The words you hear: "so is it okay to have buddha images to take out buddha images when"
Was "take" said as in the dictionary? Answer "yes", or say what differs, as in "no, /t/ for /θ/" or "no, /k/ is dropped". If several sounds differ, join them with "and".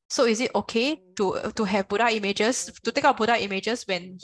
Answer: yes